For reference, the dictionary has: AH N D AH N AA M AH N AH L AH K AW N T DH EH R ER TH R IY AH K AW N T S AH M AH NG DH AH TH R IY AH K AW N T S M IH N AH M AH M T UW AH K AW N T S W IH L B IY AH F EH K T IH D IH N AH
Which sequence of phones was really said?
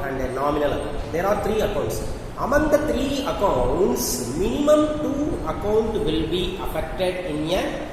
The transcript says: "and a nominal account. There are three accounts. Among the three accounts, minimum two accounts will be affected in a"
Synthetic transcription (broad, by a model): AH N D AH N AA M AH N AH L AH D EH T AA R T R IY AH K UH N T S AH M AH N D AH T R IY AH K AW N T S M IH N AH M AH M T UW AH K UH N T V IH L B IY AH F EH K T IH D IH N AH